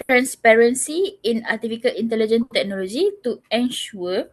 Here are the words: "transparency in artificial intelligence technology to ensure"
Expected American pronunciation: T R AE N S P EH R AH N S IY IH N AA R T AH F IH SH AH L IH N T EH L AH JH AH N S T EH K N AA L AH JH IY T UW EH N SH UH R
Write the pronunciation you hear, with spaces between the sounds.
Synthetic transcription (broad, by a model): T R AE N S P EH R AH N S IY IH N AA T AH F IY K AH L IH N T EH L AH JH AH N T EH K N AA L AH JH IY T UW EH N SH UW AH